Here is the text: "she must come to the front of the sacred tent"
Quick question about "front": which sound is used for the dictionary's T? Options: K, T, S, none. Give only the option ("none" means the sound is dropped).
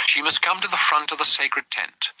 T